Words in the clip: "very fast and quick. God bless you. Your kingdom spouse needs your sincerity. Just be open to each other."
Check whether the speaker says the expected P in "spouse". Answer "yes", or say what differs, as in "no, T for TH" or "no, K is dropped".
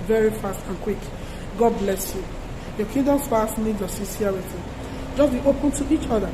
no, F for P